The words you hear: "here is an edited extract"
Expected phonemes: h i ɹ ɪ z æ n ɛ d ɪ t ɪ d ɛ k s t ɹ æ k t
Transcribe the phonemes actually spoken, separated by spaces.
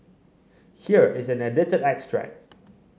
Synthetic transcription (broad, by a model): h i ɹ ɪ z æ n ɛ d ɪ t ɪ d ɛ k s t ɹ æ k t